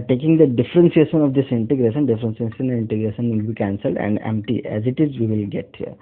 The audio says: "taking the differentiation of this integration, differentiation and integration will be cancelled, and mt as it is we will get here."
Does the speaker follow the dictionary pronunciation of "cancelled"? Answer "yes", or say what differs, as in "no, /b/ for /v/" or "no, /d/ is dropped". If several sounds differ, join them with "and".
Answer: yes